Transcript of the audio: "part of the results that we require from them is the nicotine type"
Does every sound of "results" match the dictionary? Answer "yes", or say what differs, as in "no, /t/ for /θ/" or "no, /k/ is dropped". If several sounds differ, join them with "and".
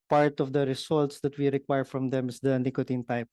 no, /s/ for /z/